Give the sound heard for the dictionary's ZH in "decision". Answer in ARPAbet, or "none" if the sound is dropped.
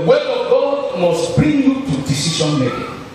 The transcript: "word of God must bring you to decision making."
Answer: SH